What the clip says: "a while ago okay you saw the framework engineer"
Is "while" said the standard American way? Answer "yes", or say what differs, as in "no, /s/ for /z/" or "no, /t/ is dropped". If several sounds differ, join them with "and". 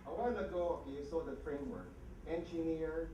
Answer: no, /n/ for /l/